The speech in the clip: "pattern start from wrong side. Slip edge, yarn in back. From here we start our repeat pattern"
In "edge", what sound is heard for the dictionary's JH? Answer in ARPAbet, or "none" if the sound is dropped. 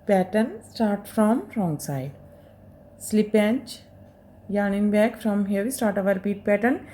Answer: CH